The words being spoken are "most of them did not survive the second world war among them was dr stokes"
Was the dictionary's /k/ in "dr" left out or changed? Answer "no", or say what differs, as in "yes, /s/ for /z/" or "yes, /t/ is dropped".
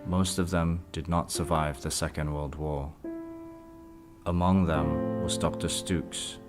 no